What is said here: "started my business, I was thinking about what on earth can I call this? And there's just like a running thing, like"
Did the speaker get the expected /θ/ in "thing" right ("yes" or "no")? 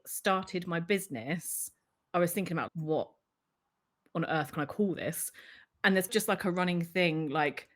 yes